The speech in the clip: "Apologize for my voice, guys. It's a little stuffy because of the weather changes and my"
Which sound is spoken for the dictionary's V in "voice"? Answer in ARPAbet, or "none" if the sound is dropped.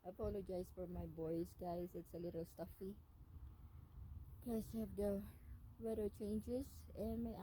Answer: B